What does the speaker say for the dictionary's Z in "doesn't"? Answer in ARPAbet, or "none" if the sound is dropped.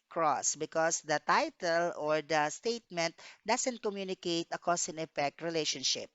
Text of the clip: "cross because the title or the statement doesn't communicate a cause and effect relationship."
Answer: S